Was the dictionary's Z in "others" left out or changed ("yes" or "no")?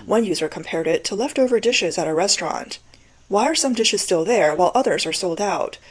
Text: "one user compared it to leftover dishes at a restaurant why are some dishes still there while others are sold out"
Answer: no